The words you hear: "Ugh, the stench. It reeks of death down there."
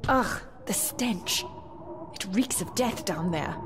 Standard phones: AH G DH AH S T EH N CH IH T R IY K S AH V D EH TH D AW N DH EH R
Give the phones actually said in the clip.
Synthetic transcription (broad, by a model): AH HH DH AH S T EH N CH IH T R IY K S AH V D EH TH D AW N DH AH R